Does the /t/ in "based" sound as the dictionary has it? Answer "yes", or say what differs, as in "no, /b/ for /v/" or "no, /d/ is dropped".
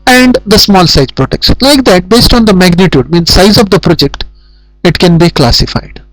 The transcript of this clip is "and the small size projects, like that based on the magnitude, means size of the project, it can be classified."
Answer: yes